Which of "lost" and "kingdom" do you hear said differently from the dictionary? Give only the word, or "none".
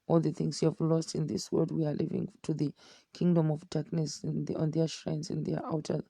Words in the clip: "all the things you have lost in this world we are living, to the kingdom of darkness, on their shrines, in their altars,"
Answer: none